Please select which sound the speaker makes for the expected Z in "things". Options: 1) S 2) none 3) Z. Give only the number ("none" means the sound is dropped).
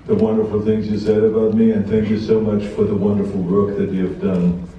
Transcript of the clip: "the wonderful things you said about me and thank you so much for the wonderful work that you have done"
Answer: 3